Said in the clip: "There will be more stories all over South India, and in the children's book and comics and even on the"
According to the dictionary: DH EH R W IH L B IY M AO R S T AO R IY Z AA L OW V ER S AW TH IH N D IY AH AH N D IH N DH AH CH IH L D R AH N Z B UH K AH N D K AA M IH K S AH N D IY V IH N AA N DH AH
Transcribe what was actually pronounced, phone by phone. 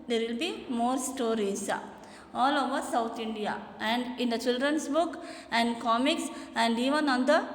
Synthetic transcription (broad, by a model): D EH R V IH L B IY M AO R S T AO R IY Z AA L OW V ER S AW T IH N D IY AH AH N D IH N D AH CH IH L D R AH N S B UH K AH N D K AA M IH K S AH N D IY V IH N AA N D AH